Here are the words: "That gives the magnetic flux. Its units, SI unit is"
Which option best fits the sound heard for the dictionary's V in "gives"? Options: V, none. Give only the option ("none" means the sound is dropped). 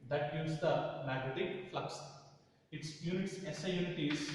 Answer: none